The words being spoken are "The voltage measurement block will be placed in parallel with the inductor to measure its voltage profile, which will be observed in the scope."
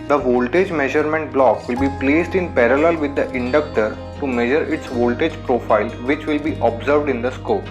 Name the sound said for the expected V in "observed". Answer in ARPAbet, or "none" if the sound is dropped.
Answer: V